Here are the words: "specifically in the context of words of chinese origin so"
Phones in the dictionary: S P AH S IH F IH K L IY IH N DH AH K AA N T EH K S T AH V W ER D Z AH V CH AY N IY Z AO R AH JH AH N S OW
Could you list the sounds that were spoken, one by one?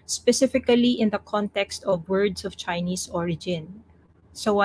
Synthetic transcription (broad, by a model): S P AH S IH F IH K L IY IH N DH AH K AA N T EH K S T AH V W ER D S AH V CH AY N IY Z AO R AH JH AH N S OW